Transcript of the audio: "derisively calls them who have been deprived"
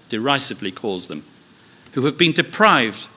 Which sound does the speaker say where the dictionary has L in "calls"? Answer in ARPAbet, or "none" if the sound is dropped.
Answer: L